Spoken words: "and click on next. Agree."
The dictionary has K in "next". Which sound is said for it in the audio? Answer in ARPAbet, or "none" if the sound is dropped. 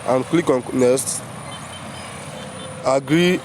none